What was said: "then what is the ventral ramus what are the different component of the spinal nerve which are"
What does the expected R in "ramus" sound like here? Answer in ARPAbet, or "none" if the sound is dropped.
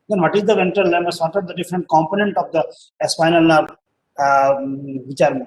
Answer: L